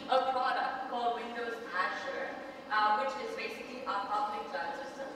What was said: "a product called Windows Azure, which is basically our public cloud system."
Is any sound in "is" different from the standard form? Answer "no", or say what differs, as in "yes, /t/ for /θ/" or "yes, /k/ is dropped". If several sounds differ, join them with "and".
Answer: no